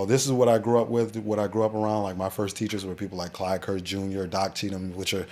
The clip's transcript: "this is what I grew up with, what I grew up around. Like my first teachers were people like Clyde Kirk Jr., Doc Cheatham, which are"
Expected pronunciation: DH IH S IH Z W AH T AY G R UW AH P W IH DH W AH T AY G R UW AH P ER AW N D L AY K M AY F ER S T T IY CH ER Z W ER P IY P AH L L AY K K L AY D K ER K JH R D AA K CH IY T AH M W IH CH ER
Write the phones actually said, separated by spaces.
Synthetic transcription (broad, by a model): DH IH S IH Z W AH T AY G R UW AH P W IH DH W AH T AY G R UW AH P ER AW N D L AY K M AY F ER S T T IY CH ER Z W ER P IY P L L AY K K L AY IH K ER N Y R D AA K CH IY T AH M W IH CH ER